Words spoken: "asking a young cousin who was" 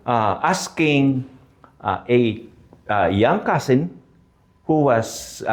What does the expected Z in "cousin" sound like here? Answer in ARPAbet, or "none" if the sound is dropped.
S